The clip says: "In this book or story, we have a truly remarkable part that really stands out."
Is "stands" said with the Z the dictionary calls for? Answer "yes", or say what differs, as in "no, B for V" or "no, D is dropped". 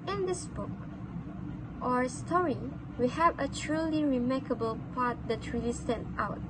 no, Z is dropped